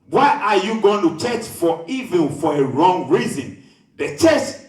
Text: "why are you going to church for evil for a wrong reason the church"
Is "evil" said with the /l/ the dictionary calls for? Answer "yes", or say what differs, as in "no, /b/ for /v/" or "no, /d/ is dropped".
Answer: no, /n/ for /l/